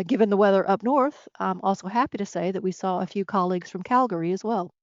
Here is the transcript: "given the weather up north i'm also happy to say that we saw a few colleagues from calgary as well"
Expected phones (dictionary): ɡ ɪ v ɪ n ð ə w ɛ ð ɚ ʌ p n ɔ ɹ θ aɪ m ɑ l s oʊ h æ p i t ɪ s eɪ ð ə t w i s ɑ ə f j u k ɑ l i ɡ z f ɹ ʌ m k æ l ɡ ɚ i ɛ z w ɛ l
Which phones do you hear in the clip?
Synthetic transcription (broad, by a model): ɡ ɪ v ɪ n ð ə w ɛ ð ɚ ʌ p n ɔ ɹ θ aɪ m ɑ l s oʊ h æ p i t ɪ s eɪ ð ə t w i s ɑ ə f j u k ɑ l i ɡ z f ɹ ʌ m k æ l ɡ ɚ i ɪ z w ɛ l